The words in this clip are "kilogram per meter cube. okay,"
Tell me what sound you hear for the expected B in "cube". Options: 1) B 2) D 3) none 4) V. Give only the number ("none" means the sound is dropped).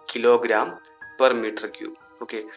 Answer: 3